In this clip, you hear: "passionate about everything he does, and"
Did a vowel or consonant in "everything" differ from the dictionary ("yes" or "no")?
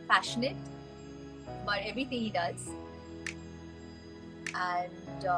yes